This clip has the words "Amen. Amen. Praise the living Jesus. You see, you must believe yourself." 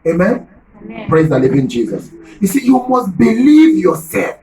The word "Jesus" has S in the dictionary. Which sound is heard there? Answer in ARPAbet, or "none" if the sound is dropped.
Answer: S